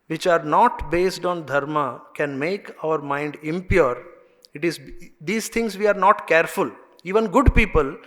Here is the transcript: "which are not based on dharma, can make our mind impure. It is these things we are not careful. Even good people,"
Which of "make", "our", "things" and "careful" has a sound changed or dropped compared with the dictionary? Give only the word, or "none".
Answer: things